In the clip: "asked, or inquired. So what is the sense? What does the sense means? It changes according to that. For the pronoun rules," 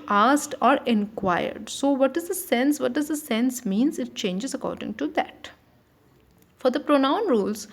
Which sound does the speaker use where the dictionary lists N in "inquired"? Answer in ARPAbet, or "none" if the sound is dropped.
N